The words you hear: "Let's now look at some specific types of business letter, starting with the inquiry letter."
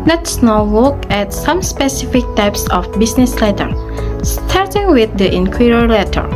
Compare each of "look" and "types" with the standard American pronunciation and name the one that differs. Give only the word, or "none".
look